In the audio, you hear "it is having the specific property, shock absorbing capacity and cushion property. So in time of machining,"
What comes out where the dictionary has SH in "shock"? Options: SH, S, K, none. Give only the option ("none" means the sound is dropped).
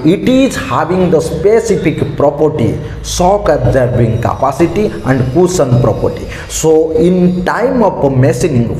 S